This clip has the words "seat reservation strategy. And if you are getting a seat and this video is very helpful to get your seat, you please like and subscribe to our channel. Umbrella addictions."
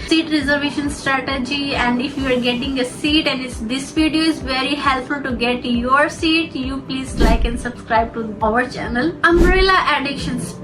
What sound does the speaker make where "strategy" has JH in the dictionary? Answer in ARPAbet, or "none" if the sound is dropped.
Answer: JH